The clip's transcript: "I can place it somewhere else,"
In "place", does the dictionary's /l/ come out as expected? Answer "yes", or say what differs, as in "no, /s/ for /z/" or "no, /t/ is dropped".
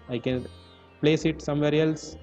yes